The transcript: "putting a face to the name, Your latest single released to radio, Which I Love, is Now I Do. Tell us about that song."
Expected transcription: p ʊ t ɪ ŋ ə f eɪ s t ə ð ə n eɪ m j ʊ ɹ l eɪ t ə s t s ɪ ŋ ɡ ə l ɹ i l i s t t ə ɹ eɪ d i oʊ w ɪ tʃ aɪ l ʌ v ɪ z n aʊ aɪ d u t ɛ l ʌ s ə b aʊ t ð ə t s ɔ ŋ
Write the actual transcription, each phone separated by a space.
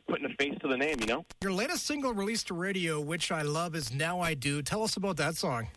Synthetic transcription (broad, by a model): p ʊ t ɪ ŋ ə f eɪ s t ə ð ə n eɪ m j ʊ ɹ l eɪ t ə s t s ɪ ŋ ɡ l ɹ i l i s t t ə ɹ eɪ d i oʊ w ɪ tʃ aɪ l ʌ v ɪ z n aʊ aɪ d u t ɛ l ʌ s ə b aʊ t ð ə t s ɔ ŋ